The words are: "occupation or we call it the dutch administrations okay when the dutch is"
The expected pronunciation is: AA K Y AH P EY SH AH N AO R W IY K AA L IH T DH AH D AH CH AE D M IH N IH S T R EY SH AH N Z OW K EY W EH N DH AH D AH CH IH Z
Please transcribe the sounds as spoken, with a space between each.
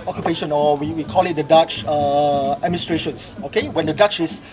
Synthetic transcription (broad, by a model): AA K Y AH P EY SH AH N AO W W IY K AA L IH T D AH D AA CH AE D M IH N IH S T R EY SH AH N S OW K EY W EH N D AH D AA CH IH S